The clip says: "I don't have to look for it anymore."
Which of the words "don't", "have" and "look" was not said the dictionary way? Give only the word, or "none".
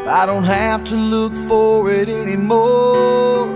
have